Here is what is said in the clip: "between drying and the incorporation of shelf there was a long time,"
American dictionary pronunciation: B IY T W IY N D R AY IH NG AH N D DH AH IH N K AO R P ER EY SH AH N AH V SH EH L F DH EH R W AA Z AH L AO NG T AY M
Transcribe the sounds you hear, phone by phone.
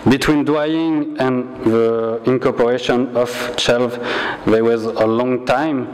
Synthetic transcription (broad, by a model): B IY T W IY N D W AY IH NG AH N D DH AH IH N K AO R P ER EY SH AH N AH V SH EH L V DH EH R W AA Z AH L AO NG T AY M